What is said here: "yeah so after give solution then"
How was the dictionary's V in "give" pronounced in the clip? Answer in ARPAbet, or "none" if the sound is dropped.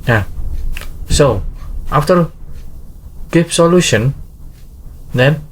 P